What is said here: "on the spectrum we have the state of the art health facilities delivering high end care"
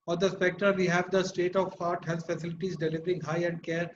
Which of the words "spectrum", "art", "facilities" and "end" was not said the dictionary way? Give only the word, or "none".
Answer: spectrum